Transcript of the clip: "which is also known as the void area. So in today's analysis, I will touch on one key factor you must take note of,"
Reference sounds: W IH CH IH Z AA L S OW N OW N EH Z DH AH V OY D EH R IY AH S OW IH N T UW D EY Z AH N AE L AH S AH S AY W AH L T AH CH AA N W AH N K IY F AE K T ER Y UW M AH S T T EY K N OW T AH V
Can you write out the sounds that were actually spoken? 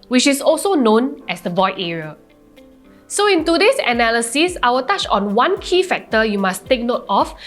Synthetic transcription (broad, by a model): W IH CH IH S AA L S OW N OW N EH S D AH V OY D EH R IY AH S OW IH N T UW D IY S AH N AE L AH S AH S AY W AH T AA CH AA N W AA N K IY F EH K T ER Y UW M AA S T T EY K N OW T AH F